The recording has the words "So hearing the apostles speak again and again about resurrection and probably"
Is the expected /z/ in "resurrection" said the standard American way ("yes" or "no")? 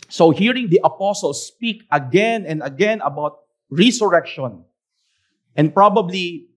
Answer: no